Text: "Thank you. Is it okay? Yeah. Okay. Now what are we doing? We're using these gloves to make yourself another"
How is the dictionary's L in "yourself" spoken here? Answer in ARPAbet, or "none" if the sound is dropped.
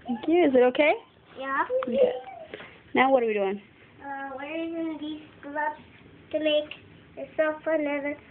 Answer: none